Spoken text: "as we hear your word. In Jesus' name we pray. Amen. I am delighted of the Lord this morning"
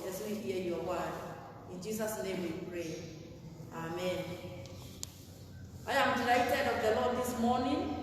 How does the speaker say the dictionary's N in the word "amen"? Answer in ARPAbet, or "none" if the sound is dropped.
N